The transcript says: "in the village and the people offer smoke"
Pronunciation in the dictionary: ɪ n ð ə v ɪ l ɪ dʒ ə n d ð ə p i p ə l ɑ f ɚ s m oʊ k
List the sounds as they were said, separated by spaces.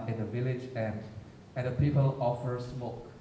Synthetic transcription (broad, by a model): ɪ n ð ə v ɪ l ɪ dʒ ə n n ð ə p i p ə l ɑ f ɚ s m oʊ k